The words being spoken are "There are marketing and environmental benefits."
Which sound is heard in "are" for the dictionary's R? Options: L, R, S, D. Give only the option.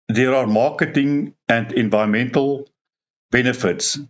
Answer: R